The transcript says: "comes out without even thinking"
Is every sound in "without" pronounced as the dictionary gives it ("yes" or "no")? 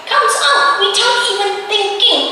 no